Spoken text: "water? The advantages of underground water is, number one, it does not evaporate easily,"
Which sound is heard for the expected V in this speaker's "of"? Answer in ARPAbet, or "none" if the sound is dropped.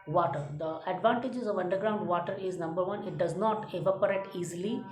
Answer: V